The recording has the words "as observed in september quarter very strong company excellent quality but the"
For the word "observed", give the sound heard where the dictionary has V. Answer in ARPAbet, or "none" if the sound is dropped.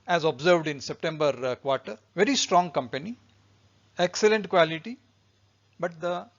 V